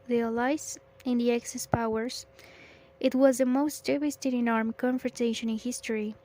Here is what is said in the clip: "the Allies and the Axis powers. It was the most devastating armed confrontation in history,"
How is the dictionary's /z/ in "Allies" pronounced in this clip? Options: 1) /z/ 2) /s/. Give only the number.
2